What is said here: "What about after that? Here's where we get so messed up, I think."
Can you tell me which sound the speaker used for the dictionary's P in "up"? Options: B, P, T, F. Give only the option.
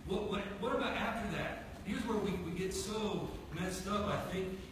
F